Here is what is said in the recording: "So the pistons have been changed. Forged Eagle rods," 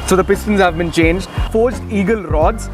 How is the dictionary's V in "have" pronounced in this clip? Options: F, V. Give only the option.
V